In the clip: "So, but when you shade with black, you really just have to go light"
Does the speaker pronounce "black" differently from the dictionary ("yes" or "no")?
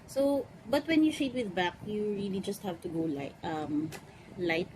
yes